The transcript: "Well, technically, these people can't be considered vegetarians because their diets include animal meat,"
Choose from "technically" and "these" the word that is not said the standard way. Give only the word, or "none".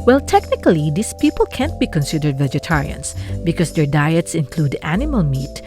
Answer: these